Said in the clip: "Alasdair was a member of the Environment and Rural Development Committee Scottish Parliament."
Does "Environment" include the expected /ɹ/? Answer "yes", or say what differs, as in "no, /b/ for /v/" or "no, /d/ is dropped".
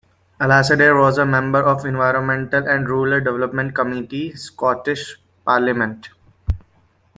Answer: yes